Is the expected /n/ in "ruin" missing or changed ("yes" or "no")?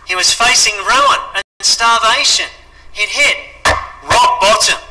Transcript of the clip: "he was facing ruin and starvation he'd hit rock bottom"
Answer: yes